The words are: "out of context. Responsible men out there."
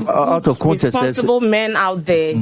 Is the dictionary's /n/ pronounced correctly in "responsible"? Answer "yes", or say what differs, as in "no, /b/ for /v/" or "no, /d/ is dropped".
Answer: no, /n/ is dropped